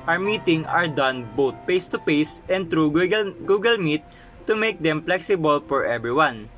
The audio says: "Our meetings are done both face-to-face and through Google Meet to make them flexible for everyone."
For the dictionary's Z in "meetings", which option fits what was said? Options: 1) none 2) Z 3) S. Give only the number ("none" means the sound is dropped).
1